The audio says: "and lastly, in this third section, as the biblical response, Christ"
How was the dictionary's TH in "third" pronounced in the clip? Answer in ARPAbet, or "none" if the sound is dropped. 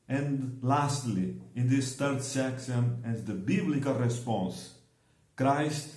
T